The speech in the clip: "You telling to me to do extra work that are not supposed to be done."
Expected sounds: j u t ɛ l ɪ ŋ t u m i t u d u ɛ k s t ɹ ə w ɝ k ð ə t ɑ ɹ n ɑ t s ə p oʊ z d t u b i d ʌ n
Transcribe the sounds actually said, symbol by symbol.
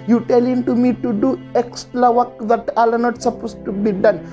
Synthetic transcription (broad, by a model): j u t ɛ l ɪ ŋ t u m i t u d u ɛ k s t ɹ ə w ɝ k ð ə t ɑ l n ɑ t s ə p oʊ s t u b i d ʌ n